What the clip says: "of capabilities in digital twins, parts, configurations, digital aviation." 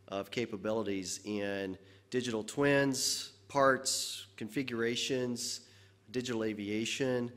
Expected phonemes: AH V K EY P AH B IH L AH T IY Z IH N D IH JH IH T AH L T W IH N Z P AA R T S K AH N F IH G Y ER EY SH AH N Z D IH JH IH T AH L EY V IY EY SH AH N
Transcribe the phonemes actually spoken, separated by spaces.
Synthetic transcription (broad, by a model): AH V K EY P AH B IH L AH T IY Z IH N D IH JH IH T L T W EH N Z P AA R T S K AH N F IH G Y ER EY SH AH N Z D IH JH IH T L EY V IY EY SH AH N